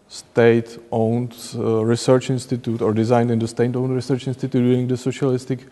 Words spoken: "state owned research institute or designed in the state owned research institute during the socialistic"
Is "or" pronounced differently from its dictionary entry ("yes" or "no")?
no